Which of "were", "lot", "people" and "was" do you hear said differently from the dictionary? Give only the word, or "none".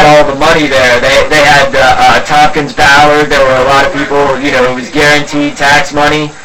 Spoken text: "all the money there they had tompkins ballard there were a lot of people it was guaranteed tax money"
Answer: people